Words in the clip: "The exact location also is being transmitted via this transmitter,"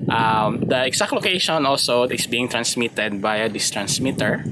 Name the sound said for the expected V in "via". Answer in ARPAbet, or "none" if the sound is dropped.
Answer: B